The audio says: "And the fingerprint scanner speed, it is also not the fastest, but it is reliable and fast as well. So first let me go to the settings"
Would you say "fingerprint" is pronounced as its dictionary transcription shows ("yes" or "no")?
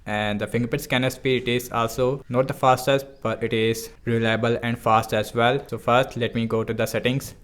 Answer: no